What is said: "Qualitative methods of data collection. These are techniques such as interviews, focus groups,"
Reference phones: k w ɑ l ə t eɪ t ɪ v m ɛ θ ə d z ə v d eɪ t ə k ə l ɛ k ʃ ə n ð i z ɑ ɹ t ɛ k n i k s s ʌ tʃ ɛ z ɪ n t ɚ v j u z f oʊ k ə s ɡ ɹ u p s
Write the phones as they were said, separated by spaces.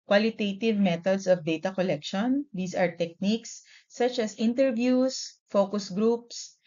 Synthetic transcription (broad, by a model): k w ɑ l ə t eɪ t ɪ v m ɛ t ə d s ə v d eɪ t ə k ə l ɛ k ʃ ə n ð i s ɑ ɹ t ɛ k n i k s s ʌ tʃ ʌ s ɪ n t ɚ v j u s f oʊ k ə s ɡ ɹ u p s